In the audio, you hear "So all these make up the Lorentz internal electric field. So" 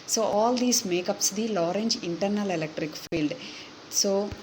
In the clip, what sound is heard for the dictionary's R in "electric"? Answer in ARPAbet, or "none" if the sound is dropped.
R